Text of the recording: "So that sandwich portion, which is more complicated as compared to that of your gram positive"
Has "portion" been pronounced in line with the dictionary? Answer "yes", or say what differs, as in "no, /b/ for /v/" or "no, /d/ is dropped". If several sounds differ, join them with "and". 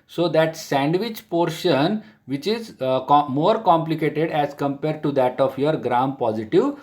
yes